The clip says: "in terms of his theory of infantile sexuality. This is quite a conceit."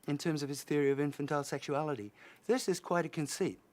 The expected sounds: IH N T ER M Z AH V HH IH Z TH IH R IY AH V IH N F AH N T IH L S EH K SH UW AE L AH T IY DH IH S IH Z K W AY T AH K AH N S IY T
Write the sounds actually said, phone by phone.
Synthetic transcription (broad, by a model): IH N T ER M Z AH V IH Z TH IH R IY AH V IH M F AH N T IH L S EH K SH UW AE L AH T IY DH IH S IH Z K W AY T AH K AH N S IY T